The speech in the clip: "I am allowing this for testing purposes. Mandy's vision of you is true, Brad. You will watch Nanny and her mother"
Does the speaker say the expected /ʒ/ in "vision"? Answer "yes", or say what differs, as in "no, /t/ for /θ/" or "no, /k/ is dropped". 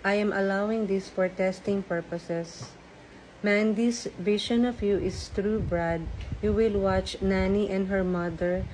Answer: no, /ʃ/ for /ʒ/